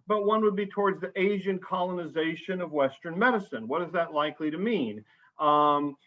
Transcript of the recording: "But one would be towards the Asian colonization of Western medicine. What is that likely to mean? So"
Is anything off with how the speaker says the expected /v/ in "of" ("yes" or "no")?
no